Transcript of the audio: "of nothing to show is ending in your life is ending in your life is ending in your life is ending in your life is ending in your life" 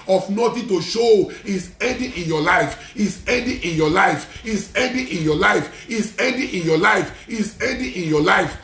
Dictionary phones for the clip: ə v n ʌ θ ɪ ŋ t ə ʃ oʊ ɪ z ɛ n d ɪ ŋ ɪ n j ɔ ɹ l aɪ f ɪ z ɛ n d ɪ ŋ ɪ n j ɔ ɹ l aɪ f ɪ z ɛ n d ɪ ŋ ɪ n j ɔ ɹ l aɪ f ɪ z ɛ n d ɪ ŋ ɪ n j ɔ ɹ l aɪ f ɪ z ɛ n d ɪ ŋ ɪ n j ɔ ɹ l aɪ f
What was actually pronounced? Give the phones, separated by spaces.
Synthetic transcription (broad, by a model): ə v n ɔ t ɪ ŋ t ə ʃ oʊ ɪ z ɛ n d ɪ ɪ n j ɔ l aɪ f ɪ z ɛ n d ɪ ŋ ɪ n j ɔ l aɪ f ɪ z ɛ n d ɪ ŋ ɪ n j ɔ l aɪ f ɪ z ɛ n d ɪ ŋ ɪ n j ɔ l aɪ f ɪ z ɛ n d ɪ ɪ n j ɔ l aɪ f